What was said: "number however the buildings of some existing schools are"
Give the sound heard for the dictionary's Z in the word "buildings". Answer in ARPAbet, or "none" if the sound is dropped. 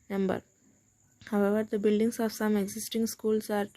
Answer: S